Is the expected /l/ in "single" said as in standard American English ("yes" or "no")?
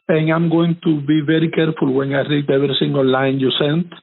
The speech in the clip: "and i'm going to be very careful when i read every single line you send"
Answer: no